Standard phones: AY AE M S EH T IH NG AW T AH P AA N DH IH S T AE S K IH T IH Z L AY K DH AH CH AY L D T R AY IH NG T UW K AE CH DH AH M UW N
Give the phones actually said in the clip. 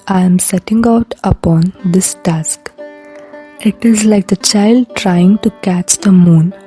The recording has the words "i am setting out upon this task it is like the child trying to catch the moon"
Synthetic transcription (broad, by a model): AY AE M S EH T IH NG AW T AH P AA N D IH S T AE S K IH T IH Z L AY K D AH CH AY L D T R AY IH NG T UW K AE CH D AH M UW N